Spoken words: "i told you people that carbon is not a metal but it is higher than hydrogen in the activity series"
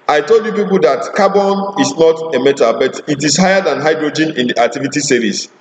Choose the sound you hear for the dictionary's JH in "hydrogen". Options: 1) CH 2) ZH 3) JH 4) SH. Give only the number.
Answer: 3